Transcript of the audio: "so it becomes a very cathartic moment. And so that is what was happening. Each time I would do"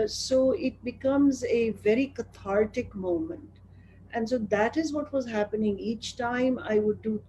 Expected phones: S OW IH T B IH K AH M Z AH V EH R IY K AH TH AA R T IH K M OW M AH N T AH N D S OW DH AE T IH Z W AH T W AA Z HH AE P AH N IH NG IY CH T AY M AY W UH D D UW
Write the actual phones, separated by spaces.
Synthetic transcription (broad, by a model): S OW IH T B IH K AH M Z AH V EH R IY K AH T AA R T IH K M OW M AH N T AH N D S OW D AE T IH Z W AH T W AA Z HH AE P AH N IH NG IY CH T AY M AY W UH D D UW